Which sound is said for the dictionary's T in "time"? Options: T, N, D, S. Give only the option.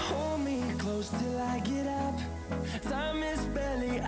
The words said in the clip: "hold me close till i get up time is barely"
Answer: S